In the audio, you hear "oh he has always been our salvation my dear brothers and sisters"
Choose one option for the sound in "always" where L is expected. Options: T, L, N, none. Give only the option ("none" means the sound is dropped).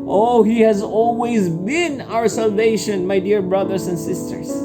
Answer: L